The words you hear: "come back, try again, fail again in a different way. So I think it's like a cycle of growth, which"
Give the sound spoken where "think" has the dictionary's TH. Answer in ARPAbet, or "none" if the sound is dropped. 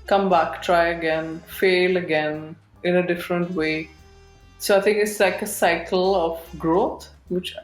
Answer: T